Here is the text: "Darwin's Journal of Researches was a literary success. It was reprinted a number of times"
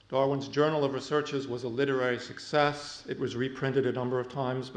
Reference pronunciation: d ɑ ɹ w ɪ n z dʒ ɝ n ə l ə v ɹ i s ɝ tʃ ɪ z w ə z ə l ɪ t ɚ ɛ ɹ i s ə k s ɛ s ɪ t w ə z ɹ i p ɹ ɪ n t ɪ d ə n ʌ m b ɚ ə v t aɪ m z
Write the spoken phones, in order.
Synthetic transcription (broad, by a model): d ɑ ɹ w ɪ n z dʒ ɝ n l ə v ɹ i s ɝ tʃ ɪ z w ə z ə l ɪ t ɚ ɛ ɹ i s ə k s ɛ s ɪ t w ə z ɹ i p ɹ ɪ n t ɪ d ə n ʌ m b ɚ ə v t aɪ m z